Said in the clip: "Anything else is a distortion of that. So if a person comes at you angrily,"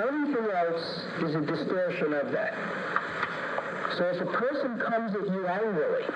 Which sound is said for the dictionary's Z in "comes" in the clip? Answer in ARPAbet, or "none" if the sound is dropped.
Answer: Z